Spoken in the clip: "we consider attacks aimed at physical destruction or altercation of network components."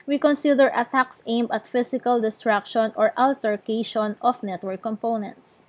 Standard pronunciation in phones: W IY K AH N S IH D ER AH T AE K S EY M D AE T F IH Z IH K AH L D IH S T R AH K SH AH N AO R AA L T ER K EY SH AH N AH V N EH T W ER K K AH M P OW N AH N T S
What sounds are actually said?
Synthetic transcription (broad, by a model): W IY K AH N S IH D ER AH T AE K S EY M AH T F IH S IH K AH L D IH S T R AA K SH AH N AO R AA L T ER K EY SH AH N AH F N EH T W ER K K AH M P OW N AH N T S